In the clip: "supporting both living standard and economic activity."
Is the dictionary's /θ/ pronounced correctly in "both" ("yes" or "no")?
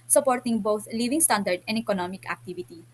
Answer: no